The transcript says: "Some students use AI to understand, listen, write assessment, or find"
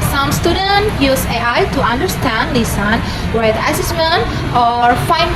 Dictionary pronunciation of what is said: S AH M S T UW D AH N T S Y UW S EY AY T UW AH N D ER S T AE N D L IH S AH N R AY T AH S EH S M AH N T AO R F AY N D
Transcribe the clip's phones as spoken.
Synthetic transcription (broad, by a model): S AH M S T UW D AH N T Y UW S EY AY T UW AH N D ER S T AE N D L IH S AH N W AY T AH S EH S M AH N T AO R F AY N